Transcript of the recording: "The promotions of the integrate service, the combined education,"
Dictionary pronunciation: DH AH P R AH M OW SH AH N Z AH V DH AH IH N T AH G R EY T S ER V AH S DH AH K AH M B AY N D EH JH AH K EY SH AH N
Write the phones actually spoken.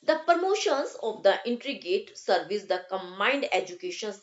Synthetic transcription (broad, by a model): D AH P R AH M OW SH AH N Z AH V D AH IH N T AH G EY T S ER V AH S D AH K AH M B AY N D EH JH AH K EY SH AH N